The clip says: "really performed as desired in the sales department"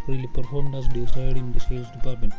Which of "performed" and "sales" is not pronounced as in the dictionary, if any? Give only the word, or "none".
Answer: sales